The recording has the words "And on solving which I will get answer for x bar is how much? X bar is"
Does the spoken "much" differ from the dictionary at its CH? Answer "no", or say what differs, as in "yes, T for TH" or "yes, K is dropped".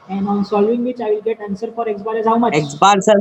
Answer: yes, CH is dropped